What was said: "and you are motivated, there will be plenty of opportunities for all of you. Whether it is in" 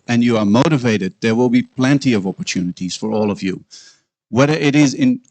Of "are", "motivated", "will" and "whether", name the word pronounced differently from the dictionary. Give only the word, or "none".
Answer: none